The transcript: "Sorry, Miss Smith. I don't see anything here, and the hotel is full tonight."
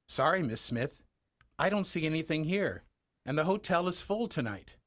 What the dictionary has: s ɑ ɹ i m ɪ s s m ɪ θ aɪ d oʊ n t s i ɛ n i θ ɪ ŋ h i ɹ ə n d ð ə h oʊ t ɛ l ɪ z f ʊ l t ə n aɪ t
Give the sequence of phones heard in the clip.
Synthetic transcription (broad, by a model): s ɑ ɹ i m ɪ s s m ɪ θ aɪ d oʊ n t s i ɛ n i θ ɪ ŋ h i ɹ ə n ð ə h oʊ t ɛ l ɪ z f ʊ l t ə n aɪ t